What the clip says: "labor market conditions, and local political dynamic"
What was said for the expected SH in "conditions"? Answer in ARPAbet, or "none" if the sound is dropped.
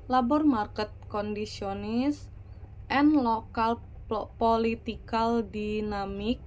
S